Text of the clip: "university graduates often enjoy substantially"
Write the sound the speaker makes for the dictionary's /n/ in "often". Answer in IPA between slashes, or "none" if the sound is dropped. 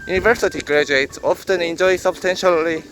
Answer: /n/